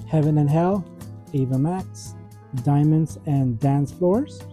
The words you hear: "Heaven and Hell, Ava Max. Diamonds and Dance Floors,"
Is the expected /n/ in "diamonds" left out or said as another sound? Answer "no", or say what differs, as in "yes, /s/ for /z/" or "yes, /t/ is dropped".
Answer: no